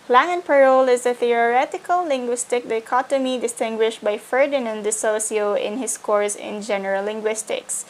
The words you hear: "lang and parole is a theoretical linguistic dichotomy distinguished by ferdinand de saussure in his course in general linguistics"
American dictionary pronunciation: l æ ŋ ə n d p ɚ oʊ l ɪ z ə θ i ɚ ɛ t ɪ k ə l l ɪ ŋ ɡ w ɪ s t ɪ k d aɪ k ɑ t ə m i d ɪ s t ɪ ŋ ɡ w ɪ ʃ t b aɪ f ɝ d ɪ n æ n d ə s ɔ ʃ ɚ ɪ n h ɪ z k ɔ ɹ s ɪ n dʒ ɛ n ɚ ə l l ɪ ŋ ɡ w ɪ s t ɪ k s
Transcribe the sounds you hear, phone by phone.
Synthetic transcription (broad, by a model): l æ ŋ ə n p ɚ oʊ l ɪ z ə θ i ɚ ɛ t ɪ k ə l l ɪ ŋ ɡ w ɪ s t ɪ k d aɪ k ɑ t ə m i d ɪ s t ɪ ŋ ɡ w ɪ ʃ t b aɪ f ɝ d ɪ n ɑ n d ə s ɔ s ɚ ɪ n h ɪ s k ɔ ɹ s ɪ n dʒ ɛ n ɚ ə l l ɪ ŋ ɡ w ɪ s t ɪ k s